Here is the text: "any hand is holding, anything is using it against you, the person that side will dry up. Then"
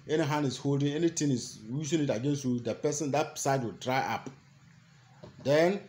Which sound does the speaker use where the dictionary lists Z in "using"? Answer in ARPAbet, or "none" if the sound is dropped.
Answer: S